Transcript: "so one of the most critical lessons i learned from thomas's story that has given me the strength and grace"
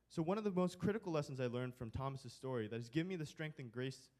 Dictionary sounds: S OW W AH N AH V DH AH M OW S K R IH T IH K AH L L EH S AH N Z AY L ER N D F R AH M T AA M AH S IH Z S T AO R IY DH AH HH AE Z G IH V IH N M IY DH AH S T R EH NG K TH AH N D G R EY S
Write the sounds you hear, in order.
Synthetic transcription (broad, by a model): S OW W AH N AH V DH AH M OW S K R IH T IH K L L EH S N Z AY L ER N D F R AH M T AA M AH S IH Z S T AO R IY DH AH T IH Z G IH V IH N M IY DH AH S T R EH NG K TH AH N G R EY S